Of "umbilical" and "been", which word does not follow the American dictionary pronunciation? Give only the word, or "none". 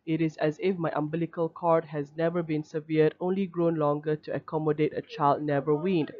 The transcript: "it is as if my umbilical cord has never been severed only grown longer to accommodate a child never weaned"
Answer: none